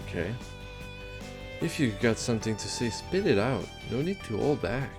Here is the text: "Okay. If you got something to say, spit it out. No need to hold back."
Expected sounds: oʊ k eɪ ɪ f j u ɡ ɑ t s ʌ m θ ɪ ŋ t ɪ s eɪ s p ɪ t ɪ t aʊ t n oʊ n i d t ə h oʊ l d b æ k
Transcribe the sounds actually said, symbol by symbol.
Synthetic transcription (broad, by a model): k eɪ ɪ f j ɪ ɡ ɑ t s ʌ m θ ɪ ŋ t ɪ s eɪ s p ɪ t ɪ t aʊ t n oʊ n i d t ə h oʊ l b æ k